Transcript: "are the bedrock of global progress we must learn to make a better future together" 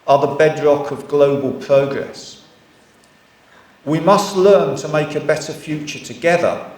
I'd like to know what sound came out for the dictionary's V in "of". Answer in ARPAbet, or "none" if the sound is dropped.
V